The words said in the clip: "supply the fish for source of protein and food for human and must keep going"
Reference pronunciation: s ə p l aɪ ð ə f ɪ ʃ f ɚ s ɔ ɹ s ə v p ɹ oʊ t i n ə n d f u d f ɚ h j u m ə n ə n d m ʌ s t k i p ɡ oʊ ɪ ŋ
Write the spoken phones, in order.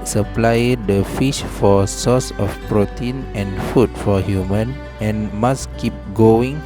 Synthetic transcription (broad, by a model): s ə p l aɪ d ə f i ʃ f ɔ s ɔ s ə f p ɹ oʊ t i n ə n f u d f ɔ h j u m ə n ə n m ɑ s k i p ɡ oʊ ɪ ŋ